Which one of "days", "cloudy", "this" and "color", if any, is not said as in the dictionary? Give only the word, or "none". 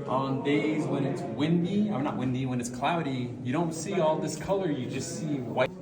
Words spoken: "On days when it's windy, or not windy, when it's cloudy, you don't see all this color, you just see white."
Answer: none